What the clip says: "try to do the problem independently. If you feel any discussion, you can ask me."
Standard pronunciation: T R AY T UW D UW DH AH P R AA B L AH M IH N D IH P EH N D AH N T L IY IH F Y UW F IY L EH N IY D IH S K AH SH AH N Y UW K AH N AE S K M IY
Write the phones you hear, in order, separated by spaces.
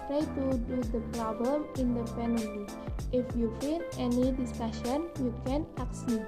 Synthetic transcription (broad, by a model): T R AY T UW D UW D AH P R AA B L AH M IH N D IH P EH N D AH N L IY IH F Y UW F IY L EH N IY D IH S K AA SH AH N Y UW K AH N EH K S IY